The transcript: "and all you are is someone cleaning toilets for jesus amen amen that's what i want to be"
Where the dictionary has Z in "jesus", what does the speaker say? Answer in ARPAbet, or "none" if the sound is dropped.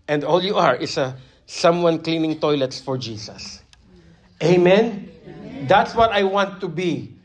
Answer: S